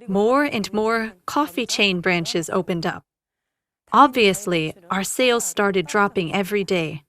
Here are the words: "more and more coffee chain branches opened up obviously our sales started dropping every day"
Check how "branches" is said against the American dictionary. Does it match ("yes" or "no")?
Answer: yes